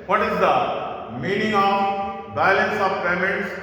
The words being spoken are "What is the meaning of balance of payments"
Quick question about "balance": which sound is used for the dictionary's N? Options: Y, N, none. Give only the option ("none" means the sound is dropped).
N